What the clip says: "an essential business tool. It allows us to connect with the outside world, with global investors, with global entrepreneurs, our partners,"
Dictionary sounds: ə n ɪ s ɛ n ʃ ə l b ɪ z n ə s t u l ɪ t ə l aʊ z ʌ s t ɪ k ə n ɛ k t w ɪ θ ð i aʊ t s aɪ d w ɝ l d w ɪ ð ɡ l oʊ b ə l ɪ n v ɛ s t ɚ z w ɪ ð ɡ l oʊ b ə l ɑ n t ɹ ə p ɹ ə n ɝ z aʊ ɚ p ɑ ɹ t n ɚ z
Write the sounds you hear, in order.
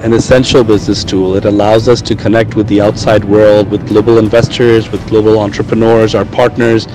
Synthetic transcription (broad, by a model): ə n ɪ s ɛ n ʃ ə l b ɪ z n ə s t u l ɪ t ə l aʊ z ʌ s t ɪ k ə n ɛ k t w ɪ ð i aʊ t s aɪ d w ɝ l d w ɪ ð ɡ l oʊ b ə l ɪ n v ɛ s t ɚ z w ɪ ð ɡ l oʊ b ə l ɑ n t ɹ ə p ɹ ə n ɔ z aʊ ɚ p ɑ ɹ t n ɚ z